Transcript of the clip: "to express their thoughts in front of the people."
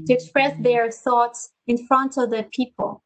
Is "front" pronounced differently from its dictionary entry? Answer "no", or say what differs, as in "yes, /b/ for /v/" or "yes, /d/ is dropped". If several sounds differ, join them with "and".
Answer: no